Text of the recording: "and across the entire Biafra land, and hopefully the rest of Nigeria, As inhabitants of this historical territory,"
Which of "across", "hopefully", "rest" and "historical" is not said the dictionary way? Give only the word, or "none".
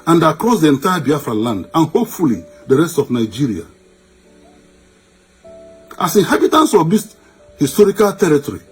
none